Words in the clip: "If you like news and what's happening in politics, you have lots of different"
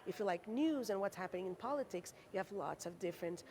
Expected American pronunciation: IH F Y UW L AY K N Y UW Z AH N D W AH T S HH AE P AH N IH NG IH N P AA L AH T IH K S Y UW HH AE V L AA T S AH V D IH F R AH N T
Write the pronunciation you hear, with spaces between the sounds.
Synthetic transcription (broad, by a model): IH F Y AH L AY K N Y UW Z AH N W AH T S HH AE P AH N IH NG IH N P AA L AH T IH K S Y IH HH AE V L AA T S AH V D IH F R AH N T